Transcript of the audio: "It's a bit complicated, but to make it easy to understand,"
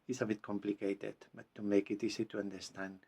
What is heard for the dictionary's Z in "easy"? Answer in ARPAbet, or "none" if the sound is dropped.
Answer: S